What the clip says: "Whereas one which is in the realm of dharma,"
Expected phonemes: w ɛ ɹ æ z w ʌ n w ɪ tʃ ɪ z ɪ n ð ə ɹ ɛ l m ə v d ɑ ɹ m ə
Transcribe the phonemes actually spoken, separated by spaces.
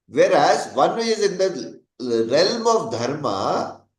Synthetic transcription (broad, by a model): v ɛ ɹ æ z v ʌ n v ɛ ɪ z ɪ n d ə ɹ ɛ l m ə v d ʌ ɹ m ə